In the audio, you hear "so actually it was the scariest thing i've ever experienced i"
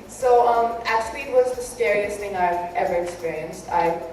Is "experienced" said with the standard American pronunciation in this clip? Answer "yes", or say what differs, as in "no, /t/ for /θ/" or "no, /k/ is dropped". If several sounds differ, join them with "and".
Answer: yes